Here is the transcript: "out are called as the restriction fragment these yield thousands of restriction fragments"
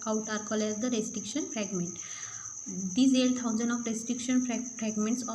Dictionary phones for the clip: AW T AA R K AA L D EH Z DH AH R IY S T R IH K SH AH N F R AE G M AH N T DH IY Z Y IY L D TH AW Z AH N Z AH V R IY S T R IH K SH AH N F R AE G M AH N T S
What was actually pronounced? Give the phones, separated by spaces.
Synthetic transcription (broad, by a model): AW T AA R K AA L EH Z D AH R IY S T R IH K SH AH N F R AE G M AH N T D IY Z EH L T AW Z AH N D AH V R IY S T R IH K SH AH N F R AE G M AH N T S